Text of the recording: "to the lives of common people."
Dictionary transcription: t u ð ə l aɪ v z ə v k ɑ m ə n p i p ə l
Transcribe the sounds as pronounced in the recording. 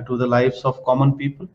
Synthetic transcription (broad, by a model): t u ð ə l aɪ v s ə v k ɑ m ə n p i p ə l